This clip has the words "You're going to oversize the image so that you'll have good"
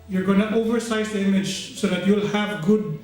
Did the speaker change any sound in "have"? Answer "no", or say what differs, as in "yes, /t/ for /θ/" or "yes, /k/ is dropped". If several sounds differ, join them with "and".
no